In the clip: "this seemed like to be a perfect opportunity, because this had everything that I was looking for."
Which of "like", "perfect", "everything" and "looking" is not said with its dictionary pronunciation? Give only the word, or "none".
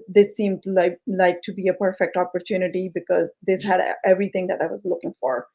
everything